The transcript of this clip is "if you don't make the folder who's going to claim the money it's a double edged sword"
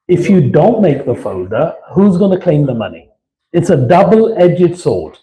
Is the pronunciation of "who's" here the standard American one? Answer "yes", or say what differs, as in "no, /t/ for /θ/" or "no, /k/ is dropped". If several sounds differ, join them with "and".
yes